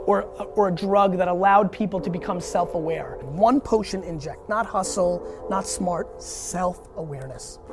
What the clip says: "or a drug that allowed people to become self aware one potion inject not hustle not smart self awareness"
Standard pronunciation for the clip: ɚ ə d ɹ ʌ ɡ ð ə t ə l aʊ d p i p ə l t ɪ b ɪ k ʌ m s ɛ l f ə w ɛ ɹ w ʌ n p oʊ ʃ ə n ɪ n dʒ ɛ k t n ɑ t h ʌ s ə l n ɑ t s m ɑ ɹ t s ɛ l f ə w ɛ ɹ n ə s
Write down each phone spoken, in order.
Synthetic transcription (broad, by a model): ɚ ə d ɹ ʌ ɡ ð ə t ə l aʊ d p i p l t ɪ b ɪ k ʌ m s ɛ l f ə w ɛ ɹ w ʌ n p oʊ ʃ ə n ɪ n dʒ ɛ k t n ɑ t h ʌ s l n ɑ t s m ɑ ɹ t s ɛ l f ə w ɛ ɹ n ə s